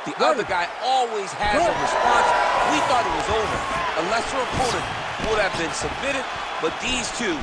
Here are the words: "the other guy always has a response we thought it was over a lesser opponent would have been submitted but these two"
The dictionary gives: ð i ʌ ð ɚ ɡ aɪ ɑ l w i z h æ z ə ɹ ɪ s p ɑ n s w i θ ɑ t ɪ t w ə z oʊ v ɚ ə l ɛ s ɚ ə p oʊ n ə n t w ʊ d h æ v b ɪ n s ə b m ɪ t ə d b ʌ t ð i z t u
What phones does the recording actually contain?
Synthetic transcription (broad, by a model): ð i ʌ ð ɚ ɡ aɪ ɑ l w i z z ə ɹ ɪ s ɑ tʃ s w i θ ɑ t ɪ t w ə z oʊ v ɚ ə l ɛ s ɚ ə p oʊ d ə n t w ʊ d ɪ v b ɪ n s ə b m ɪ t ə d b ʌ t ð i z t u